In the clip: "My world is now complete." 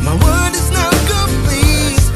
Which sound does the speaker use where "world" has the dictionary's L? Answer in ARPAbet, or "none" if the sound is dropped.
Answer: none